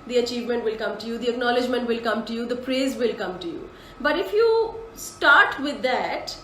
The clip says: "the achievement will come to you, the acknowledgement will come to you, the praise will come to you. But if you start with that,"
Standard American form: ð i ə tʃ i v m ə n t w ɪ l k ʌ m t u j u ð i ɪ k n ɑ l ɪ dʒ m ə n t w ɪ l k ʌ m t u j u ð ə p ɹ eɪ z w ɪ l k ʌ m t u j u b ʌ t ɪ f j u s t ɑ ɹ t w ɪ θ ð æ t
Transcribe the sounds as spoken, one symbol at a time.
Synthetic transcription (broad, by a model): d i ə tʃ i v m ə n t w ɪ l k ʌ m t u j u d i ɪ k n ɑ l ɪ dʒ m ə n t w ɪ l k ʌ m t u j u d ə p ɹ eɪ z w ɪ l k ʌ m t u j u b ʌ t ɪ f j u s t ɑ ɹ t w ɪ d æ t